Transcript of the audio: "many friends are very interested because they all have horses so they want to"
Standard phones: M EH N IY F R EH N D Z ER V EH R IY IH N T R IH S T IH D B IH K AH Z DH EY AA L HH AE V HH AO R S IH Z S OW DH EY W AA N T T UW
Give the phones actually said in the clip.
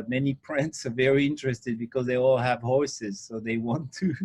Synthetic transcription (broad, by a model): M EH N IY P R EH N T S ER V EH R IY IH N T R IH S T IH D B IH K AH Z DH EY AA L HH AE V HH AO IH S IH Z S OW DH EY W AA N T T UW